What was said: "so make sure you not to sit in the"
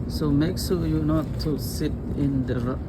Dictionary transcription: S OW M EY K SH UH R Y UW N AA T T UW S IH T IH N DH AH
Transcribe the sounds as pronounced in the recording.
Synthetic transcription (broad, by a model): S OW M EY K S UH L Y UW N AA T T UW S IH T IH N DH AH